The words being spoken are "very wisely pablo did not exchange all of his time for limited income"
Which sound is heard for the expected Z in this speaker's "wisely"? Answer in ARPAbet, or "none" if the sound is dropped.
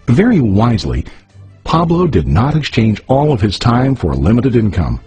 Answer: Z